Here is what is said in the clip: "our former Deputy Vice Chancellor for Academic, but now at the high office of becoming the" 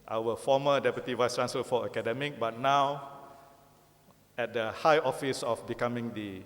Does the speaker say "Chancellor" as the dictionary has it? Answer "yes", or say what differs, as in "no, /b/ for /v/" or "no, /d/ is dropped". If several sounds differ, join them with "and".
no, /l/ is dropped